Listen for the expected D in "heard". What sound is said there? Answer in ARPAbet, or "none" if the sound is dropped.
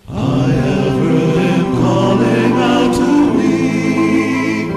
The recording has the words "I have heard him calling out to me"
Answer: none